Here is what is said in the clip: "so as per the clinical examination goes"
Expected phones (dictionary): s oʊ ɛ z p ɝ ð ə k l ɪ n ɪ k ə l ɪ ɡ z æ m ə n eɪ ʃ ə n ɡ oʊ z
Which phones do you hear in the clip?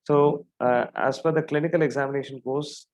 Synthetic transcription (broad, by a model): s oʊ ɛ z f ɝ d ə k l ɪ n ɪ k ə l ɪ ɡ z æ m ə n eɪ ʃ ə n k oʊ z